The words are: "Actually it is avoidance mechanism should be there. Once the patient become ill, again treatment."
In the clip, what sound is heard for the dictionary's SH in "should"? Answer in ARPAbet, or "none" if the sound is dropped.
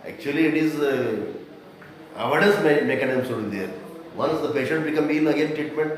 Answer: S